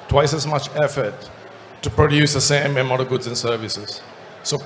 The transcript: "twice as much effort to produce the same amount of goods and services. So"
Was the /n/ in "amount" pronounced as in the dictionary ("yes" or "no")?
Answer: no